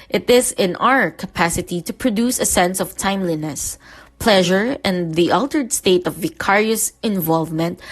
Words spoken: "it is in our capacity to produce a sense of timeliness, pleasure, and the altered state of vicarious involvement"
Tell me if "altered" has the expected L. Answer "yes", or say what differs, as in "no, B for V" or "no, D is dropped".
yes